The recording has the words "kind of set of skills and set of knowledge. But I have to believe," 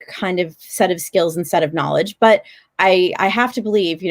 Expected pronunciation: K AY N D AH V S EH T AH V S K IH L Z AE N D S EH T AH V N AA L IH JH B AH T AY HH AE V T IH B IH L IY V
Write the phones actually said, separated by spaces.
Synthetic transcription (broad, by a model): K AY N D AH V S EH T AH V S K IH L Z N S EH T AH V N AA L IH JH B AH T AY HH AE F T IH B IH L IY V